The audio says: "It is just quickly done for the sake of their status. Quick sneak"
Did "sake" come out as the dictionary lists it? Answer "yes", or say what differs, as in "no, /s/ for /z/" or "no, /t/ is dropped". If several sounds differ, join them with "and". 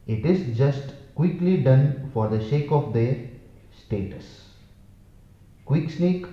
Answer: no, /ʃ/ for /s/